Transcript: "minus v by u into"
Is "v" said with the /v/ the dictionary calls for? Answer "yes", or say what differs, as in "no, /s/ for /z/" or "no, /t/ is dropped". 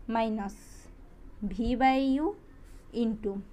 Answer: no, /b/ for /v/